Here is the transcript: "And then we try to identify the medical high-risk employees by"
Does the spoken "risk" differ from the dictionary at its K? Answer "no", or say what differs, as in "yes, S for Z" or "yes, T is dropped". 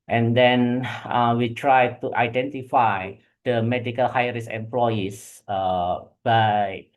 yes, K is dropped